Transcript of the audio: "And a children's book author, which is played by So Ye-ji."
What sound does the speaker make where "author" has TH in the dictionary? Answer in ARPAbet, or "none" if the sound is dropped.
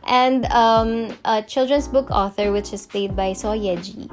TH